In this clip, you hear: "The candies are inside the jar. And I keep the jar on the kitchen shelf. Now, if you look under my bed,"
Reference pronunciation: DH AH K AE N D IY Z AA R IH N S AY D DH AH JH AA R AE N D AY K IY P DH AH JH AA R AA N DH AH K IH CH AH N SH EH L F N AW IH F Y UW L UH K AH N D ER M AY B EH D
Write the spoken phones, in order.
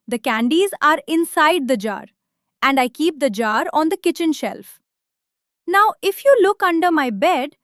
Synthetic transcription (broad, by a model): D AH K AE N D IY Z AA R IH N S AY D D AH JH AA R AE N D AY K IY P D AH JH AA R AA N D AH K IH CH AH N SH EH L F N AW IH F Y UW L UH K AH N D ER M AY B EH D